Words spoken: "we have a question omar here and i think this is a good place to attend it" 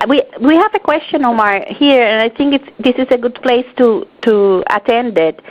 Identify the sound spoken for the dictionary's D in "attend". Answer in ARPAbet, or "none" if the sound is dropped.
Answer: D